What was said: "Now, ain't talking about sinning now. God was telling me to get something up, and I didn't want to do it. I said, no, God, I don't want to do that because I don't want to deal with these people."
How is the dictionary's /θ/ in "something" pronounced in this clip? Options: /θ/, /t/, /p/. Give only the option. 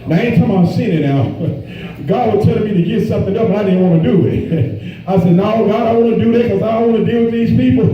/θ/